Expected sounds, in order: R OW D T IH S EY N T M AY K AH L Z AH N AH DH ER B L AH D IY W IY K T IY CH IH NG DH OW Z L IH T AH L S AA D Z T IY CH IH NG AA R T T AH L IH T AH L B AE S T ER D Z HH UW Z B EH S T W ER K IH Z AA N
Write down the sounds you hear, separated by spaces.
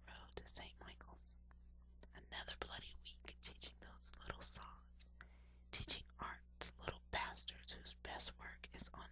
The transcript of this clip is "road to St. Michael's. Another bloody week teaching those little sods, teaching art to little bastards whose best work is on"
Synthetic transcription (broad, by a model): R OW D T IH S EY N T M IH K L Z AH N AH DH ER B L AH D IY W IY K T IY CH IH NG DH OW Z L IH T L S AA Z T IY CH IH NG AA R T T L IH T L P AE S T ER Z HH UW Z B EH S T W ER K IH Z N